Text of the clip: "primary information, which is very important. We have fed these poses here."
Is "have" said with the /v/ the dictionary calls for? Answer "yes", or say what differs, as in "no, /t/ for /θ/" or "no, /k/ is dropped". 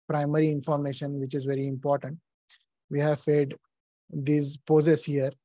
yes